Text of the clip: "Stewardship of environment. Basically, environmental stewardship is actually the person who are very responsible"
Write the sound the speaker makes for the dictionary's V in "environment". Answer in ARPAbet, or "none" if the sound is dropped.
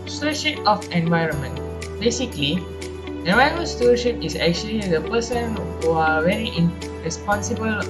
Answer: V